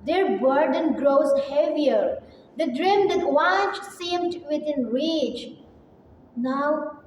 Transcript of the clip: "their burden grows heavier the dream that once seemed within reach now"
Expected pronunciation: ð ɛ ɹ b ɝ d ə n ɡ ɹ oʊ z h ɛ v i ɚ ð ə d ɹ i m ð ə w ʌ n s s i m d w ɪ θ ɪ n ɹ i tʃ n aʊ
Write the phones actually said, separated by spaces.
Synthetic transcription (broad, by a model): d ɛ ɹ b ɝ d ə n ɡ ɹ oʊ z h ɛ v i ɚ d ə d ɹ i m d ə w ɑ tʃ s s i m d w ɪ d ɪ n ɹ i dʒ n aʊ